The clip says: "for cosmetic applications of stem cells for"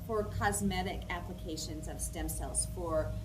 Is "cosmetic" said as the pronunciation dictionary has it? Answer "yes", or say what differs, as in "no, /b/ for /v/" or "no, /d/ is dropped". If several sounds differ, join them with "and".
yes